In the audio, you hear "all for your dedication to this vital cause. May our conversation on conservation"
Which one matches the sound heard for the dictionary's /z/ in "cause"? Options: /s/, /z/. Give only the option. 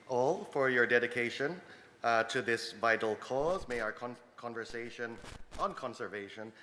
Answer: /z/